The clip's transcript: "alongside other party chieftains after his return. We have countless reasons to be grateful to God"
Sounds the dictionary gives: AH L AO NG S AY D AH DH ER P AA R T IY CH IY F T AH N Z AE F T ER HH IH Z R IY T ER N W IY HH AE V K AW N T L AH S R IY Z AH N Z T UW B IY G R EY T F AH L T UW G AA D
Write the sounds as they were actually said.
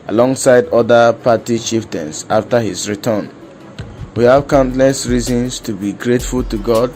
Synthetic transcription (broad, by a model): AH L AO NG S AY D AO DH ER P AA T IY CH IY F T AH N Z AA F T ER HH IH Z R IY T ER N W IY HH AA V K AW N T L AH S R IY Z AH N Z T UW B IY G R EY T F AH L T UW G AA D